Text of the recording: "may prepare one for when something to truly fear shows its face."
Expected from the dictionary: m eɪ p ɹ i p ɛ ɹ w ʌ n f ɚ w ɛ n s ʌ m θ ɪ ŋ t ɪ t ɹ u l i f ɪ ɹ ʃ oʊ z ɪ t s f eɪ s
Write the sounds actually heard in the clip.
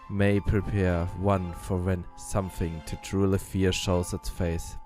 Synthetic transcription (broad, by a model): m eɪ p ɹ i p ɛ ɹ w ʌ n f ɚ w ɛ n s ʌ m θ ɪ ŋ t ɪ t ɹ u l i f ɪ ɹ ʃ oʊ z ɪ t s f eɪ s